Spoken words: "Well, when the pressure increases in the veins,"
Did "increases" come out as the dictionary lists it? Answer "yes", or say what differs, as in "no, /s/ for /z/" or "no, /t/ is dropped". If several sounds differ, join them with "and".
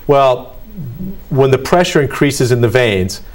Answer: yes